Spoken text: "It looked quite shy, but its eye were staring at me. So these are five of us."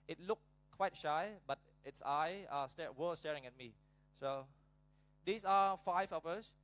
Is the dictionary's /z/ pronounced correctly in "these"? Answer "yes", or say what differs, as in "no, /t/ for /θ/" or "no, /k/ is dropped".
no, /s/ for /z/